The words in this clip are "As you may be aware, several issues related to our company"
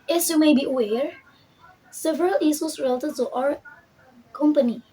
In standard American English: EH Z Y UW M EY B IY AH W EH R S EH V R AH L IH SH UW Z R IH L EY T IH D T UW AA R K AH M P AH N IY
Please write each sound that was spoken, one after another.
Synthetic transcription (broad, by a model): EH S Y UW M EY B IY W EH R S EH V R AH L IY S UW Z R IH L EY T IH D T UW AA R K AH M P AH N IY